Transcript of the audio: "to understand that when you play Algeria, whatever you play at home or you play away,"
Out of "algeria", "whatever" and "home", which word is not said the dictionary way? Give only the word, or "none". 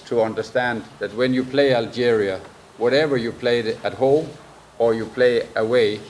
none